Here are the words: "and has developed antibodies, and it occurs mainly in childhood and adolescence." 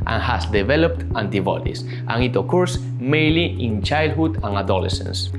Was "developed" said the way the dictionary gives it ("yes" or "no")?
yes